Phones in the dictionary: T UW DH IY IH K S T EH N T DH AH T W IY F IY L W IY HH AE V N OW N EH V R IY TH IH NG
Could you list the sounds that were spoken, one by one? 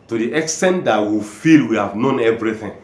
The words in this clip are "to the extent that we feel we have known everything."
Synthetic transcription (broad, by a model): T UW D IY IH K S T EH N T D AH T W IY F IY L W IY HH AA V N OW N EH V R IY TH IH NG